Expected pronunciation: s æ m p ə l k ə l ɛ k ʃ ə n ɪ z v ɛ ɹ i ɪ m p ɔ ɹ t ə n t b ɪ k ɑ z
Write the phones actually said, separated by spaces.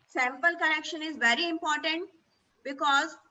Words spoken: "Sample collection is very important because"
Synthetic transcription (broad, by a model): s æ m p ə l k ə n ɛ k ʃ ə n ɪ z v ɛ ɹ i ɪ m p ɔ ɹ t ə n t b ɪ k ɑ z